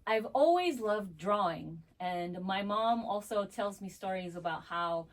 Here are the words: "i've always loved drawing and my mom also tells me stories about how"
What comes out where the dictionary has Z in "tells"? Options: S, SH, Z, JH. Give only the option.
Z